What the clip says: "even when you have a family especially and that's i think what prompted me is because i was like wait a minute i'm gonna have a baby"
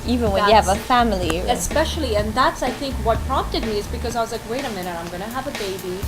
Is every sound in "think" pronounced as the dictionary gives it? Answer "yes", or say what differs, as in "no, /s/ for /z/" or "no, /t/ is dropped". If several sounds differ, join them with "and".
yes